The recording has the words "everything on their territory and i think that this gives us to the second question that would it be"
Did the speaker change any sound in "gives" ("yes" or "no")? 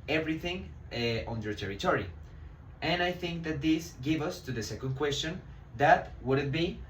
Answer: yes